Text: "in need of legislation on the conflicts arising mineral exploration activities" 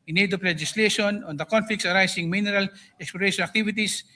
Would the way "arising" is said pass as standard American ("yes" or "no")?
no